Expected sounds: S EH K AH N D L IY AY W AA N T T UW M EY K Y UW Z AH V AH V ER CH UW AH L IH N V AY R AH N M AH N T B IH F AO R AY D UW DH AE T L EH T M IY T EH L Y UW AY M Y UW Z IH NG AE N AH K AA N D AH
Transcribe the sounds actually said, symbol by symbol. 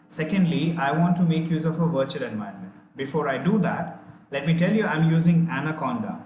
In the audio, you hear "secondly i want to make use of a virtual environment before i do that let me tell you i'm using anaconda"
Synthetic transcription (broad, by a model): S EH K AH N D L IY AY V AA N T T UW M EY K Y UW Z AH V AH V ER CH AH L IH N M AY AH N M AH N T B IH F AO R AY D UW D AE T L EH T M IY T EH L Y UW AY M Y UW Z IH NG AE N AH K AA N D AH